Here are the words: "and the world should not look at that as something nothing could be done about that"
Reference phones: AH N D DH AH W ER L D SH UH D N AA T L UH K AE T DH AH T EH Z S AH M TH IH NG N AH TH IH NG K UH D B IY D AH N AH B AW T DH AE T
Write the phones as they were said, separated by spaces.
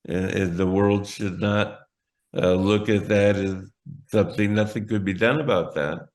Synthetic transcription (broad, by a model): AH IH DH AH W ER L D SH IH D N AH T L UH K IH T DH AH T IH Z S AH M TH IH NG N AH TH IH NG K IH D B IY D AH N AH B AW T DH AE T